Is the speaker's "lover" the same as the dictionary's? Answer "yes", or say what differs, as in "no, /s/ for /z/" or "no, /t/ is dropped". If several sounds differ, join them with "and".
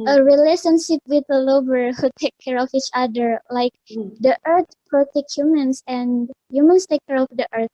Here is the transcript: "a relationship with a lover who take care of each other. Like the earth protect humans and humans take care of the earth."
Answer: no, /b/ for /v/